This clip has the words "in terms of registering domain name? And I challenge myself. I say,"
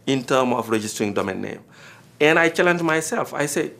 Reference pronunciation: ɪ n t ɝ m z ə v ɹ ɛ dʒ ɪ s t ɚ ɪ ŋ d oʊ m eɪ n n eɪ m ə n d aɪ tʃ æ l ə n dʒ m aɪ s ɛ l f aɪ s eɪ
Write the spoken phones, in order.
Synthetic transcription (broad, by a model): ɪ n t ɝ m ə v ɹ ɛ dʒ ɪ s t ɚ ɪ ŋ d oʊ m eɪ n n eɪ m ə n aɪ tʃ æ l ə n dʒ m aɪ s ɛ l f aɪ s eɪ